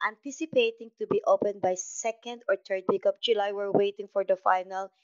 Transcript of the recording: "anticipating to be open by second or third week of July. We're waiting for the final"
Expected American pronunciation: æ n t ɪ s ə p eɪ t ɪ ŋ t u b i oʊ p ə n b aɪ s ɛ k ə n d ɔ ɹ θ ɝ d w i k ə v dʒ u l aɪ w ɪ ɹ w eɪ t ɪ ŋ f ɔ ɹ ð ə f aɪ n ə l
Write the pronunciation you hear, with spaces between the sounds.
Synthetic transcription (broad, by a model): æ n t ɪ s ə p eɪ t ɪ ŋ t u b i oʊ p ə n b aɪ s ɛ k ə n d ɔ ɹ t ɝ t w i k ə p dʒ u l aɪ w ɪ ɹ w eɪ t ɪ ŋ f ɔ ɹ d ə f aɪ n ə l